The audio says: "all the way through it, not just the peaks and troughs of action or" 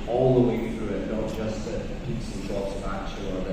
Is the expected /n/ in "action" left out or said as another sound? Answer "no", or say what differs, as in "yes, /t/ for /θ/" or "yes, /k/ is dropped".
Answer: yes, /n/ is dropped